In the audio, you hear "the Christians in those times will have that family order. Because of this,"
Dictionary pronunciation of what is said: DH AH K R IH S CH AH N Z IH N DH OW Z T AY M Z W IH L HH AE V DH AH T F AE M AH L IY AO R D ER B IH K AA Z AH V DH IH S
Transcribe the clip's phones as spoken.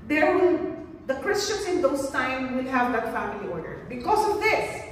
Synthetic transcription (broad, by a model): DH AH K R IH S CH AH N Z IH N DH OW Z T AY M W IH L HH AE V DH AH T F AE M AH L IY AO R D ER B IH K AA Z AH V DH IH S